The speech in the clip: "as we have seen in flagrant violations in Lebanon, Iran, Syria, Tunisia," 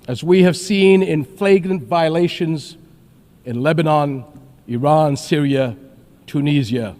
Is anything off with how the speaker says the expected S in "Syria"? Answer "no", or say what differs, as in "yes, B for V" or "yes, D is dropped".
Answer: no